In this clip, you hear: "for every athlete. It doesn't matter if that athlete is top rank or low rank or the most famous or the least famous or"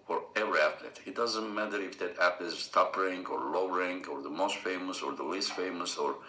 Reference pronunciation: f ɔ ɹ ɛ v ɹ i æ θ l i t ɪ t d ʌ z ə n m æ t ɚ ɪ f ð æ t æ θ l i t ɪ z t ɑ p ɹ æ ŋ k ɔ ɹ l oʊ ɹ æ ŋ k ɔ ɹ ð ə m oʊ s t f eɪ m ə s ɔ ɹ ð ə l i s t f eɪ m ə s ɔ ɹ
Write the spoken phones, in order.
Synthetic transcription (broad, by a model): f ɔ ɹ ɛ v ɹ i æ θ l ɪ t ɪ t d ʌ z ə n m æ t ɚ ɪ f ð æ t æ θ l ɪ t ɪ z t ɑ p ɹ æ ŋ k ɔ ɹ l oʊ ɹ æ ŋ k ɔ ɹ ð ə m oʊ s t f eɪ m ə s ɔ ɹ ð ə l i s t f eɪ m ə s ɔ ɹ